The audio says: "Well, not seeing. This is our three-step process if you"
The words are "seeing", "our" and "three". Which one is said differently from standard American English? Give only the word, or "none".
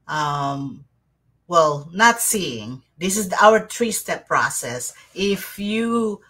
three